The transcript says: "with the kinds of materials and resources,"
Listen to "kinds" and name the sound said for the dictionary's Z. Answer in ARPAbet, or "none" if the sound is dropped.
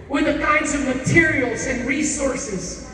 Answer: Z